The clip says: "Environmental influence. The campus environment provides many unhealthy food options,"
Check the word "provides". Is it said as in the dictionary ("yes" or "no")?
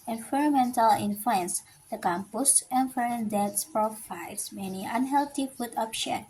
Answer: no